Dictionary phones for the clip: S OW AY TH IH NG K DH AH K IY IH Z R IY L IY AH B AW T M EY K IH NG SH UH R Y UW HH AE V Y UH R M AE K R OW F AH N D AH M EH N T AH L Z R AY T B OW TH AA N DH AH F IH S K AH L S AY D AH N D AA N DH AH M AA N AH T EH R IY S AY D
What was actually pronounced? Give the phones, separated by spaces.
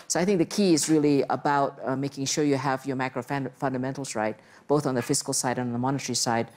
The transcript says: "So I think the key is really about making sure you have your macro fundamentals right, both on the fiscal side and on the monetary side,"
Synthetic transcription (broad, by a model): S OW AY TH IH NG K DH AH K IY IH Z R IY L IY AH B AW T M EY K IH NG SH UH R Y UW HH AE V Y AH R M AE K R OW F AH N D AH M EH N T L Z R AY T B OW TH N DH AH F IH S K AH L S AY D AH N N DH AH M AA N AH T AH R IY S AY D